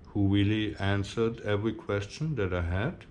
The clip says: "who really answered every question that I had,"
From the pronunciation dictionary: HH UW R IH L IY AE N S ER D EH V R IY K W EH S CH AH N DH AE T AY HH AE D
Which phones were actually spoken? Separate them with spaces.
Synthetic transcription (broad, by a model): HH UW W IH L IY AE N S ER D EH V R IY K W EH S CH AH N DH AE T AY HH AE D